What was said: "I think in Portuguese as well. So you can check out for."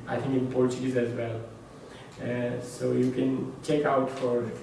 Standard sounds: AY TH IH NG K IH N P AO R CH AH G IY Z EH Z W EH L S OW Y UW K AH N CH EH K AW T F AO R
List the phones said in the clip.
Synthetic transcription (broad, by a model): AY T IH NG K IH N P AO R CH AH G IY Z EH Z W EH L S OW Y UW K AH N CH EH K AW T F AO R